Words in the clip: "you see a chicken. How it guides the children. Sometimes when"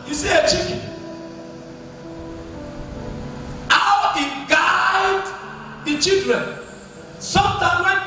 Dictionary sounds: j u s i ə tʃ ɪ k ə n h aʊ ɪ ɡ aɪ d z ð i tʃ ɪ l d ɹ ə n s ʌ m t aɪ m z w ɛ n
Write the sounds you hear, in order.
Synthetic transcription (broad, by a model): j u s i ə tʃ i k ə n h aʊ ɪ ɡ aɪ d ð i tʃ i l d ɹ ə n s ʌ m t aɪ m w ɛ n